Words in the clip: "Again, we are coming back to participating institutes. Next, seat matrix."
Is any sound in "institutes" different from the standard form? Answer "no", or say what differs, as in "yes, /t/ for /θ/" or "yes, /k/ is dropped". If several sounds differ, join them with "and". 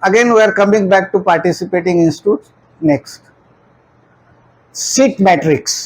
no